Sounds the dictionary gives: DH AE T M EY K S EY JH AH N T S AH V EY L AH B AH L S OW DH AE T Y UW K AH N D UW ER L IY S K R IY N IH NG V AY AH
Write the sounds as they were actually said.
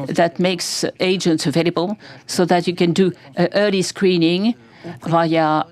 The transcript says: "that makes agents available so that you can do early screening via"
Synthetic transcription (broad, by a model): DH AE T M EY K S EY JH AH N T S AH V EY L AH B AH L S OW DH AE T Y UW K AH N D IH ER L IY S K R IY N IH NG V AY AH